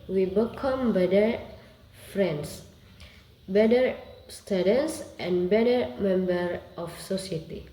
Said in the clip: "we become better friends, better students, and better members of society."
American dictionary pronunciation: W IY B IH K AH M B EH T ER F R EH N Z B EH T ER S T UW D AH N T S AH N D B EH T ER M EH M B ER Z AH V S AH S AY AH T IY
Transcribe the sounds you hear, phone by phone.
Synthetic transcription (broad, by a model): W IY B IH K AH M B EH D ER F R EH N S B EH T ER S T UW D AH N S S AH N B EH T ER M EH M B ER AH F S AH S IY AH T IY